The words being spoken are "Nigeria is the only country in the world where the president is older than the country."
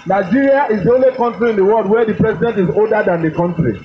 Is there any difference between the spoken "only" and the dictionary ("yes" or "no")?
no